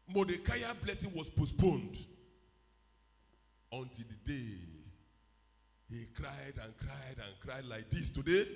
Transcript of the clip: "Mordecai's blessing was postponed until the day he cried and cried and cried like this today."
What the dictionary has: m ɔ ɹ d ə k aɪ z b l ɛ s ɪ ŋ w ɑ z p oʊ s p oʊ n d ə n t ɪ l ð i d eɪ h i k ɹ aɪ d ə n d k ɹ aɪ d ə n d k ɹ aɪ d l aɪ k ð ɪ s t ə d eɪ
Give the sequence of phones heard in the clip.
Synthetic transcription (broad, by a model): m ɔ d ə k aɪ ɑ b l ɛ s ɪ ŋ w ɑ s p oʊ s p oʊ n d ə n t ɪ l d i d eɪ h i k ɹ aɪ d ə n k ɹ aɪ d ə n k ɹ aɪ d l aɪ k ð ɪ s t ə d eɪ